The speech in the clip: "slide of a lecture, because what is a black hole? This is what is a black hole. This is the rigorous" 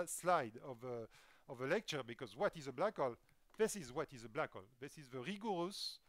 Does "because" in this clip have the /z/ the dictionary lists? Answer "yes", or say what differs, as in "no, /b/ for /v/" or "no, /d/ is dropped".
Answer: yes